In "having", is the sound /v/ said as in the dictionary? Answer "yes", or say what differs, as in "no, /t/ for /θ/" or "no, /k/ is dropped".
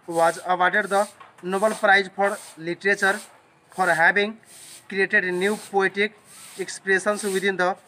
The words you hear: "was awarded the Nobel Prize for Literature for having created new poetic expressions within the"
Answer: no, /b/ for /v/